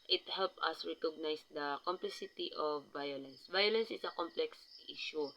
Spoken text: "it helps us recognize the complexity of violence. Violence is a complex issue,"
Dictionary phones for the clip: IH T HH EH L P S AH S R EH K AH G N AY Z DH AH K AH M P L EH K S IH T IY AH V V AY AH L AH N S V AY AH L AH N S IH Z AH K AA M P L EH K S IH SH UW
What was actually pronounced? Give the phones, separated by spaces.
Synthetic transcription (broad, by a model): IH T HH EH L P AH S R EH K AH G N AY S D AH K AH M P L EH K S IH T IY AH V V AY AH L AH N S V AY AH L AH N S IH S AH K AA M P L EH K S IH SH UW